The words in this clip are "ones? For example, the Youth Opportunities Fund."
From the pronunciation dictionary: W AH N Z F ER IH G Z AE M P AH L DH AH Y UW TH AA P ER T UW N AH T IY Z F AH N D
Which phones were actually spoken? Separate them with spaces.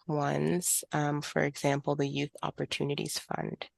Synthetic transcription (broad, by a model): W AH N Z F ER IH G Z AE M P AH L DH AH Y UW TH AA P ER T UW N AH T IY Z F AH N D